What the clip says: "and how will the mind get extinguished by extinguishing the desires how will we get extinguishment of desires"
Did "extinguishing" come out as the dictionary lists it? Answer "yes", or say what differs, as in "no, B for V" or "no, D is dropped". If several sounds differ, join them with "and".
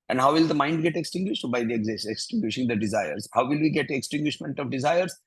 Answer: yes